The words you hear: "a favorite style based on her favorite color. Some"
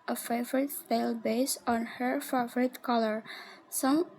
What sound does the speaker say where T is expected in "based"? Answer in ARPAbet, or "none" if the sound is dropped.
none